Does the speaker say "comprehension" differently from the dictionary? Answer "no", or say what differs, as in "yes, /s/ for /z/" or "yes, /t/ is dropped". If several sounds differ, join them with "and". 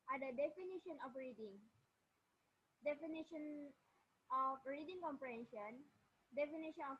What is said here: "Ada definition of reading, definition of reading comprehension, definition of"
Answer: no